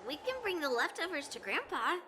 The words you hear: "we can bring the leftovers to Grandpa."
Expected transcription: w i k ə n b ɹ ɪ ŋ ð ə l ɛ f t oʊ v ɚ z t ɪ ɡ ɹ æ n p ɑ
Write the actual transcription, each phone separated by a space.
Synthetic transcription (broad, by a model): w i k ə n b ɹ ɪ ŋ ð ə l ɛ f t oʊ v ɚ z t ɪ ɡ ɹ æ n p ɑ